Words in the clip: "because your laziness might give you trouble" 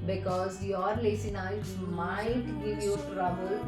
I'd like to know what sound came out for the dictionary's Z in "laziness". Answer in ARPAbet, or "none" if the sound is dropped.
S